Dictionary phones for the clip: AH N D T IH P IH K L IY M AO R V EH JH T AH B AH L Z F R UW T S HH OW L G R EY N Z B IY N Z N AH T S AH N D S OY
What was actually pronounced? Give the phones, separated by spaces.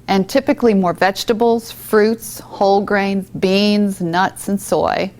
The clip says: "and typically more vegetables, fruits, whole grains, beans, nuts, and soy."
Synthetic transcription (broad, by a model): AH N T IH P IH K L IY M AO R V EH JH T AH B L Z F R UW T S HH OW L G R EY N Z B IY N Z N AH T S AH N S OY